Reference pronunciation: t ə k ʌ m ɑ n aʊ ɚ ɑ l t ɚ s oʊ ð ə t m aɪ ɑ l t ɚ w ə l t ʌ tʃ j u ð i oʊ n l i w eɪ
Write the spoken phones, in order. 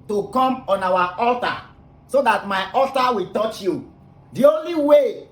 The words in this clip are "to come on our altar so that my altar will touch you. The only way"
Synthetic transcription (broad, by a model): t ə k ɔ m ɑ n aʊ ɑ ɑ l t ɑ s oʊ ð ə t m aɪ ɑ l t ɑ w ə t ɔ tʃ j u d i oʊ n l i w eɪ